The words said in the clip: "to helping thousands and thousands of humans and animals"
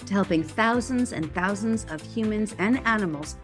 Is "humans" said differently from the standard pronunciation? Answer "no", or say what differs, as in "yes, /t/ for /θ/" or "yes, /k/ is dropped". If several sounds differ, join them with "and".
no